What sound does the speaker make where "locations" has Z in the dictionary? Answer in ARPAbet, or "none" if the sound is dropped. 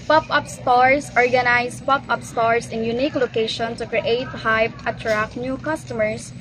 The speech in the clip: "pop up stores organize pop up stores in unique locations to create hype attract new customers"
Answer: none